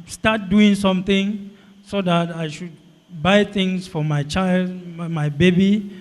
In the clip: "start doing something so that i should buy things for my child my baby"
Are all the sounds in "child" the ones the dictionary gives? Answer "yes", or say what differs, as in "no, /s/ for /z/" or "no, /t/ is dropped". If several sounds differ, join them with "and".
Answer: yes